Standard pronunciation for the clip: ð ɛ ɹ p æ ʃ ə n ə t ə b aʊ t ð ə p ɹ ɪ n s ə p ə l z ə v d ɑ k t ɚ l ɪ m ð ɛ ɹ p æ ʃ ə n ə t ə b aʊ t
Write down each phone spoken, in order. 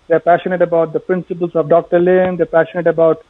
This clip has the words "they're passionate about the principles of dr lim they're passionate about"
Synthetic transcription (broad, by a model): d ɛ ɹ p æ ʃ ə n ə t ə b aʊ t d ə p ɹ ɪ n s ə p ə l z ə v d ɑ k t ɚ l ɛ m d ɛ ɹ p æ ʃ ə n ə t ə b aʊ t